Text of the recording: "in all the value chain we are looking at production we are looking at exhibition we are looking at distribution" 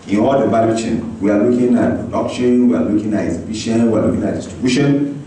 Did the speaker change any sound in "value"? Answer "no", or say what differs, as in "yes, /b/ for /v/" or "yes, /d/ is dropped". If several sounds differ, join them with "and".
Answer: yes, /b/ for /v/